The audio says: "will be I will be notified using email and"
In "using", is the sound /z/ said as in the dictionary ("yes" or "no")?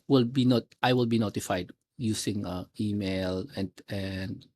no